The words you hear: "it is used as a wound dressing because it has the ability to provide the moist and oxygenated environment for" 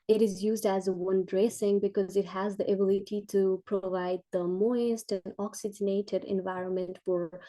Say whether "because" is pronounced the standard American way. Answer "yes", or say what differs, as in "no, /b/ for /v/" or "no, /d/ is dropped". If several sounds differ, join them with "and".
yes